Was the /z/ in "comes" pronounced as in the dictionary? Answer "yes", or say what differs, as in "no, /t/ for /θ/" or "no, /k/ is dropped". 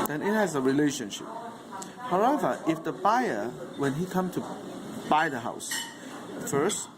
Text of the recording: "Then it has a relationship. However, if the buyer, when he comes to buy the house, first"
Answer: no, /z/ is dropped